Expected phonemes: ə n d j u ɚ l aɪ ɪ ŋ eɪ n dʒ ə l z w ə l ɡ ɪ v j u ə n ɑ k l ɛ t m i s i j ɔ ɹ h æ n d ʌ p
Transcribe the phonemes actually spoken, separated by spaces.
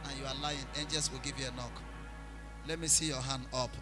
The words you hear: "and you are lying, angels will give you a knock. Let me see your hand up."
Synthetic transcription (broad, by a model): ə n j u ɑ l aɪ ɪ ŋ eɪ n dʒ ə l s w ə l ɡ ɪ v j u ə n ɑ k l ɛ t m i s i j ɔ h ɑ n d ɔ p